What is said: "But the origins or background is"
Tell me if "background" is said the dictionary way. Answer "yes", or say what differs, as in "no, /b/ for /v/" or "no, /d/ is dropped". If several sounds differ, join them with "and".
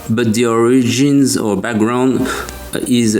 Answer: yes